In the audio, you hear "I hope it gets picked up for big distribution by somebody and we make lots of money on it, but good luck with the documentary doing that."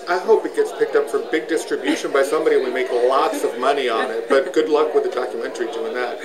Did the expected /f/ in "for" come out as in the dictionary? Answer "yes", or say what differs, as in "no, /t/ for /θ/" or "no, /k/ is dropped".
yes